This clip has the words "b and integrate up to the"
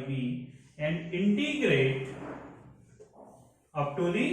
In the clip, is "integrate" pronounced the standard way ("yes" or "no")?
yes